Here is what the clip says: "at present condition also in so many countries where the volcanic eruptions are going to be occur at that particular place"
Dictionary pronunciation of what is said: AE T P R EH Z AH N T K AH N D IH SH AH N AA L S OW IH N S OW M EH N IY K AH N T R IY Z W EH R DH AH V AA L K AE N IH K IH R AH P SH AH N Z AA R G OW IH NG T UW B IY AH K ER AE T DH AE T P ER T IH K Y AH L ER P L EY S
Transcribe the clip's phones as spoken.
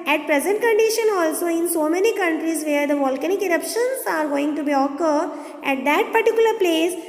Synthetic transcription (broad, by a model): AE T P R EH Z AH N T K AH N D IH SH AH N AA L S OW IH N S OW M EH N IY K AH N T R IY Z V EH R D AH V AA L K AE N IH K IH R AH P SH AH N S AA R G OW IH NG T UW B IY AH K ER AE T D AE T P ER T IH K Y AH L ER P L EY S